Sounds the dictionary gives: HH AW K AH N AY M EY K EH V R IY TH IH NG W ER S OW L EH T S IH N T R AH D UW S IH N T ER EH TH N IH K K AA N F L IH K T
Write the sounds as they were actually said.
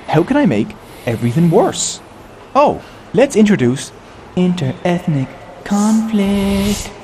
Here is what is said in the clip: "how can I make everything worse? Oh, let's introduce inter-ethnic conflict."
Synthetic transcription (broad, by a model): HH AW K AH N AY M EY K EH V R IY TH IH NG W ER S OW L EH T S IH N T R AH D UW S IH N T ER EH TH N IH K K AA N F L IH K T